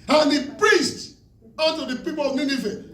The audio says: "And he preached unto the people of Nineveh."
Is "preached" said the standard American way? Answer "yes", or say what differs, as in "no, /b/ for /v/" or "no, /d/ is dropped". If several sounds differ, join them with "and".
no, /s/ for /tʃ/